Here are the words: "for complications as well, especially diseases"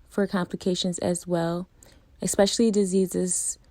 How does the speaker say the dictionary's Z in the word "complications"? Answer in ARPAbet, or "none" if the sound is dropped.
Z